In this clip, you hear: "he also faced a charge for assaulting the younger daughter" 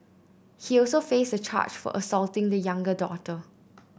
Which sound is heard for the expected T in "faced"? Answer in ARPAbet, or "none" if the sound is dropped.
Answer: none